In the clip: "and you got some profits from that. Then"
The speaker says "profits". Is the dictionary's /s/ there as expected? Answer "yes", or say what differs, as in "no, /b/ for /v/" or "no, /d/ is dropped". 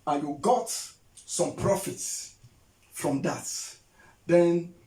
yes